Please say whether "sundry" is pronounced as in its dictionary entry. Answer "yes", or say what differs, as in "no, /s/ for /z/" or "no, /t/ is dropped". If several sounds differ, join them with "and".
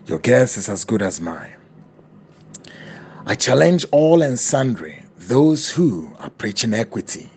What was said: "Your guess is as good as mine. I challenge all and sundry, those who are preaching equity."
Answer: yes